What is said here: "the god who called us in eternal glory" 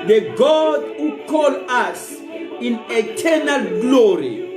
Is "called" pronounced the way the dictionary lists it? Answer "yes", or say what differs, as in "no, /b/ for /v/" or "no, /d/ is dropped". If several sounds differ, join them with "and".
no, /d/ is dropped